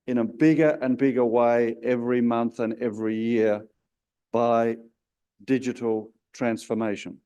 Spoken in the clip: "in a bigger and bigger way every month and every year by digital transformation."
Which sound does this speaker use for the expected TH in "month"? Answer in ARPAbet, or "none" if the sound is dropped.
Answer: TH